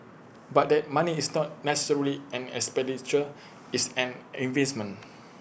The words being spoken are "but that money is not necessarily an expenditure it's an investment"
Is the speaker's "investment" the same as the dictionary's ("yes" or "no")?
no